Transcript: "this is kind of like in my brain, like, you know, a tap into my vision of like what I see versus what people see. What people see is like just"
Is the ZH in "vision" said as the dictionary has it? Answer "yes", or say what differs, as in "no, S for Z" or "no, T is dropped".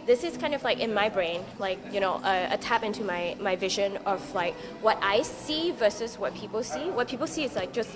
yes